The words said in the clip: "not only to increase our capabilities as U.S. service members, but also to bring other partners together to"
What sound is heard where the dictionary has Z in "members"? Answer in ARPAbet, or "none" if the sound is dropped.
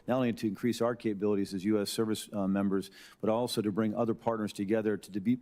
Z